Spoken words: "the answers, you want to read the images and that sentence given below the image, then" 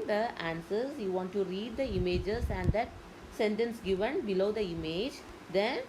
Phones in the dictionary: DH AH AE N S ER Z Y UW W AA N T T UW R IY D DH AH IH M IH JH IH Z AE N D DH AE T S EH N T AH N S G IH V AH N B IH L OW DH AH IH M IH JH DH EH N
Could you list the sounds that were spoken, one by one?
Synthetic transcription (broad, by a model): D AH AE N S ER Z Y UW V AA N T T UW R IY D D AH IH M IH JH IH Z AE N D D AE T S EH N T AH N S G IH V AH N B IH L OW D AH IH M IH JH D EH N